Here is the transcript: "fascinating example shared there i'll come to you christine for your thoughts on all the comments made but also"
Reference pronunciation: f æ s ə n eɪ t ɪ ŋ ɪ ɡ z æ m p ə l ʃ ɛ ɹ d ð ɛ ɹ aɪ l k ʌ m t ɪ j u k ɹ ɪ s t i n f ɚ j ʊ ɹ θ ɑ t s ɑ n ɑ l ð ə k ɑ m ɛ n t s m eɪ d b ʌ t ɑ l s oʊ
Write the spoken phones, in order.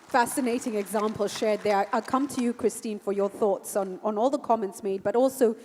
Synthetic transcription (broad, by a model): f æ s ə n eɪ t ɪ ŋ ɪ ɡ z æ m p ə l ʃ ɛ ɹ d ð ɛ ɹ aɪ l k ʌ m t ɪ j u k ɹ ɪ s t i n f ɚ j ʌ ɹ θ ɑ t s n n ɑ l ð ə k ɑ m ɛ n t s m eɪ d b ʌ t ɑ l s oʊ